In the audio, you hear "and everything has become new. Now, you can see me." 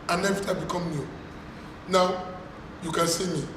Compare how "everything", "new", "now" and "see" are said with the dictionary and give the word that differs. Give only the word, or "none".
everything